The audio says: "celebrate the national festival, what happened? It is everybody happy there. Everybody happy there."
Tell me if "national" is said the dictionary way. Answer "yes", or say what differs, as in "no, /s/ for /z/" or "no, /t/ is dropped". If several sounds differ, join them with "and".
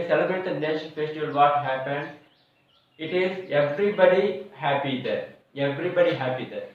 no, /n/ is dropped and /n/ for /l/